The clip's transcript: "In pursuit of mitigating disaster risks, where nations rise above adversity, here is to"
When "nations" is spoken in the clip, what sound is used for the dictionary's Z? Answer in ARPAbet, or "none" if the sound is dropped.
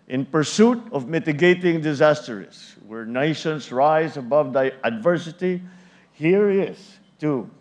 S